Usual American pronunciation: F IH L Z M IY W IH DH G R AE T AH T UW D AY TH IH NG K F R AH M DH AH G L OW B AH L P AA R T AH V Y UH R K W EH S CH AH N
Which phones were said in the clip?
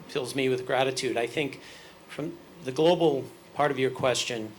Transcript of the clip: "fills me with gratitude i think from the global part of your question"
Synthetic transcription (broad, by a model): F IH L Z M IY W IH DH G R AE T AH T UW D AY TH IH NG K F R AH M DH AH G L OW B L P AA R T AH V Y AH R K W EH S CH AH N